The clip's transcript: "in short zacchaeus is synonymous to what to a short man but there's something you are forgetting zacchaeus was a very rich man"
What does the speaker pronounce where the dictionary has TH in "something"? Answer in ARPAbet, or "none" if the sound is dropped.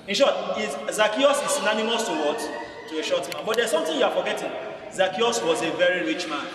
T